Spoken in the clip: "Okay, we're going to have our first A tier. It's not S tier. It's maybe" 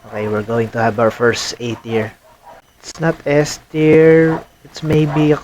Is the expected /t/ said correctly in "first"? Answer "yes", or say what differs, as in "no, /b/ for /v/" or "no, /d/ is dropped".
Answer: yes